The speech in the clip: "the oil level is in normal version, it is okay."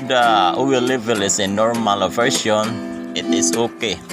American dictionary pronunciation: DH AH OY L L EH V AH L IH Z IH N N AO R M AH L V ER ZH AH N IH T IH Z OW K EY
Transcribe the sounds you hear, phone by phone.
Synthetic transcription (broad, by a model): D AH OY W L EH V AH L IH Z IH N N AO R M AH L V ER SH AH N IH T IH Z OW K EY